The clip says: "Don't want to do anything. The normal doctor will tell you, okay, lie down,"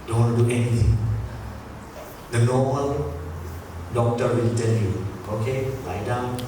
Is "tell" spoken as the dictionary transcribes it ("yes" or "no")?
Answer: no